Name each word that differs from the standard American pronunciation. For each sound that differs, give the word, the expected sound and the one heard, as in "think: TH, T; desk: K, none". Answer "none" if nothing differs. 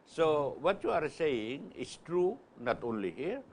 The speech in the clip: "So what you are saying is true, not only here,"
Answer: is: Z, S